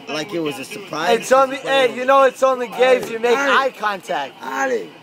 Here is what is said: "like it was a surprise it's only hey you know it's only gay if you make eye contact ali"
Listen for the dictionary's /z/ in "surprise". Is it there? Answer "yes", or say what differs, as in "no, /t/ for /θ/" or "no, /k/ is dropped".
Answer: no, /z/ is dropped